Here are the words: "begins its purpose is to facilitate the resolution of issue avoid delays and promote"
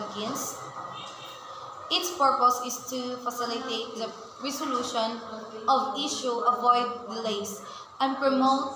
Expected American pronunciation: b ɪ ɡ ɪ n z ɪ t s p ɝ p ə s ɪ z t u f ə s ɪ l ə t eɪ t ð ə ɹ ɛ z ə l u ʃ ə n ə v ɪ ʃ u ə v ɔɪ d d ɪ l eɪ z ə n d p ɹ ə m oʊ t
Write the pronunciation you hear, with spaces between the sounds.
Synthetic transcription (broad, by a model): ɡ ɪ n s ɪ t s p ɝ p ə s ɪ s t u f ə s ɪ l ə t eɪ t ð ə ɹ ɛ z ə l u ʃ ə n ə v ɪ ʃ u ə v ɔɪ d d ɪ l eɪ s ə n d p ɹ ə m oʊ t